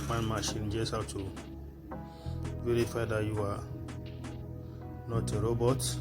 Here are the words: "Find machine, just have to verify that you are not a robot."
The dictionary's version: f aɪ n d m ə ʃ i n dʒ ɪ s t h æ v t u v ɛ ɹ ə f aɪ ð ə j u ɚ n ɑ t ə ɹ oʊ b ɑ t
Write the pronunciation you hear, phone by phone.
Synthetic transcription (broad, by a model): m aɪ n m ə ʃ i n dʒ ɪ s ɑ w t u v ɛ ɹ ə f aɪ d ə j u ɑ n ɑ t ə ɹ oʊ b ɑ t